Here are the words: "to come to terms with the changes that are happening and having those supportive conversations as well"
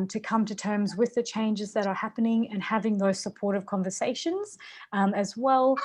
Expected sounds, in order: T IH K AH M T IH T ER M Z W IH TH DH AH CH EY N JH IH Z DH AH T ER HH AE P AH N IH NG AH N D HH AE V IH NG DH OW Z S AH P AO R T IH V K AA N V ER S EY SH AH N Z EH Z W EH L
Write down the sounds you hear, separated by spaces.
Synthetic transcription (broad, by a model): T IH K AH M T IH T ER M Z W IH DH AH CH EY N JH IH Z DH AH T ER HH AE P AH N IH NG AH N HH AE V IH NG DH OW Z S AH P AO R T IH V K AA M V ER S EY SH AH N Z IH Z W EH L